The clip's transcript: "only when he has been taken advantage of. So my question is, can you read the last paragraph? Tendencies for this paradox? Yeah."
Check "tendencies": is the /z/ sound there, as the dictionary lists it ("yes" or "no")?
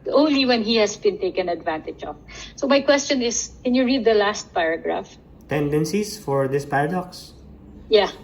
no